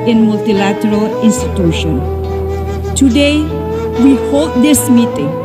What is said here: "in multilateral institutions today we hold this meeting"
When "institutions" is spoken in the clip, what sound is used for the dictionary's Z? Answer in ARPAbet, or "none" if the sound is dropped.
none